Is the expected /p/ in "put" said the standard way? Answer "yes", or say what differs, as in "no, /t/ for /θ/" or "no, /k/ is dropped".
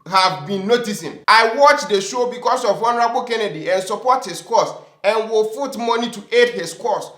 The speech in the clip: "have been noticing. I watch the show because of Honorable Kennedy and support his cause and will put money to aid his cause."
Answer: no, /f/ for /p/